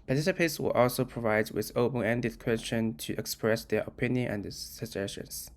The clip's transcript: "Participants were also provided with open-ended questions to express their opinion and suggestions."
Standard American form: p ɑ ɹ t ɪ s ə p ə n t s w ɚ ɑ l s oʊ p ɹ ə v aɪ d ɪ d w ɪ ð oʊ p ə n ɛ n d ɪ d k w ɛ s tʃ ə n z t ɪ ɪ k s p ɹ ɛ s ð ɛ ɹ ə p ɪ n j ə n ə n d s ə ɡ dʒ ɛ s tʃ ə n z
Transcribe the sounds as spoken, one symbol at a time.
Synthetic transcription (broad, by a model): p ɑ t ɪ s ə p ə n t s w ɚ ɑ l s oʊ p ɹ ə v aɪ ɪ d w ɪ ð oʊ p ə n ɛ n d ɪ d k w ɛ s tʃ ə n t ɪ ɪ k s p ɹ ɛ s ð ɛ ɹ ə p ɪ n j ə n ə n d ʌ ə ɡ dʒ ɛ s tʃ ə n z